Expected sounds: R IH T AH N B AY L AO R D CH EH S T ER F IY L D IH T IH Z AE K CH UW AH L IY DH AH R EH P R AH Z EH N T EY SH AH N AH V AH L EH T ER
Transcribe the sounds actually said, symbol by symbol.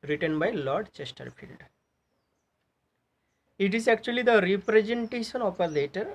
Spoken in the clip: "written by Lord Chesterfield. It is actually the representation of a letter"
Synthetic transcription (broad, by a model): R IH T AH N B AY L AO R D CH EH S T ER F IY L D IH T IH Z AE K CH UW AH L IY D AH R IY P R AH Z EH N T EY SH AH N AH P AH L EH T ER